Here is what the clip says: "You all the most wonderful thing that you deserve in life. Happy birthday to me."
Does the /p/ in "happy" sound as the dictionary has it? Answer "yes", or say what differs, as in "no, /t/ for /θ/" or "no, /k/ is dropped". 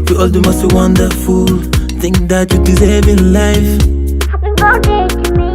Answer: no, /p/ is dropped